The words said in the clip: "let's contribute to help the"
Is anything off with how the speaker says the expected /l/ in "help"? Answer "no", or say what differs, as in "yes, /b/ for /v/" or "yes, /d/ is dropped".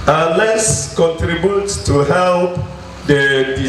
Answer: no